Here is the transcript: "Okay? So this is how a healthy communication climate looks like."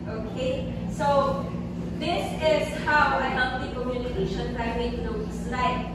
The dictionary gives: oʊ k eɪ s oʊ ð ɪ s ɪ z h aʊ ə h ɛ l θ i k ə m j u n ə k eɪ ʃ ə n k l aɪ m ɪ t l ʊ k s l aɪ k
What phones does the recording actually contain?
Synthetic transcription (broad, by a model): oʊ k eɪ s oʊ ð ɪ s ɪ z h aʊ ə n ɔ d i k ə m j u n ə k eɪ ʃ ə n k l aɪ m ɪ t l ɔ s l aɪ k